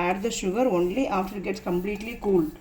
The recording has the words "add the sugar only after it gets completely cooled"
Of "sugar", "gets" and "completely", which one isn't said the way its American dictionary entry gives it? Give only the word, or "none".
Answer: none